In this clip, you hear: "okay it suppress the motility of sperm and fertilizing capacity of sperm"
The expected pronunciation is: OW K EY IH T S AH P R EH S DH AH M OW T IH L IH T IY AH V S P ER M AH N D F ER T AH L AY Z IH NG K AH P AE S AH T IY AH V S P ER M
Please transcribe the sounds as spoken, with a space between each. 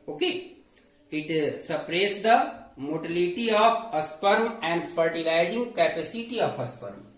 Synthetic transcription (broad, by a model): OW K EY IH T S AH P R EH S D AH M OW T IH L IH T IY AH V S P ER M AH N D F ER T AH L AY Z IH NG K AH P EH S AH T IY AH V S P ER M